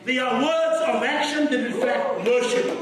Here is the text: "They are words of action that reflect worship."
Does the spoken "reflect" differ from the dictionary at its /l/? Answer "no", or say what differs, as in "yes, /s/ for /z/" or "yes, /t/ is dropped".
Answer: yes, /l/ is dropped